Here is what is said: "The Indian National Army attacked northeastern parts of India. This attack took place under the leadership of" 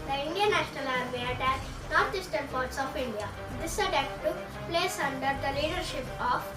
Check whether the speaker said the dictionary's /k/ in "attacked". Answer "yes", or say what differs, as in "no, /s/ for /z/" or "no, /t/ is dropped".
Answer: no, /k/ is dropped